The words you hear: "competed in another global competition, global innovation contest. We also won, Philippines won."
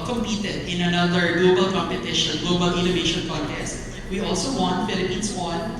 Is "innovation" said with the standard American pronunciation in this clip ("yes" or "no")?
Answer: yes